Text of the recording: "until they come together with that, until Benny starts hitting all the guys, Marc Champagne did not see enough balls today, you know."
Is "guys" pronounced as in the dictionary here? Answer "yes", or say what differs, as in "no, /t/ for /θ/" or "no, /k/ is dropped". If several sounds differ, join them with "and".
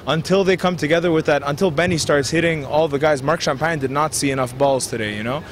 yes